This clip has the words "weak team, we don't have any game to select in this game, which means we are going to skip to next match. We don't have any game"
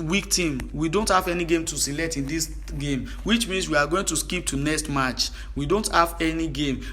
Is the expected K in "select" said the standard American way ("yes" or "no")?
yes